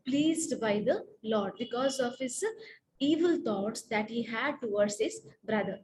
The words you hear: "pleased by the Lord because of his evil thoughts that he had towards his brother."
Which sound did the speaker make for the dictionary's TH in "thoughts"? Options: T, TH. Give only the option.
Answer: T